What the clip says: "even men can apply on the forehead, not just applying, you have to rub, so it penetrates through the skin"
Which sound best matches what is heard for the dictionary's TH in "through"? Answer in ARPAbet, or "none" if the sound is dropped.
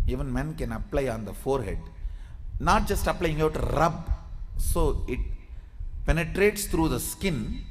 T